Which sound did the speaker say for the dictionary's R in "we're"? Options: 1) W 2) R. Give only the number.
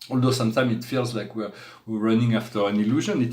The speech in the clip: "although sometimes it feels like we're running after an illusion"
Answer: 1